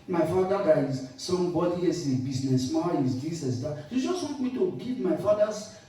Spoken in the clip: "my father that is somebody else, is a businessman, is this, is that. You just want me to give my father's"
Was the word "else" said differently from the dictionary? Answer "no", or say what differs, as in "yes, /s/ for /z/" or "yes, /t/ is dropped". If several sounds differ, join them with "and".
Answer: yes, /l/ is dropped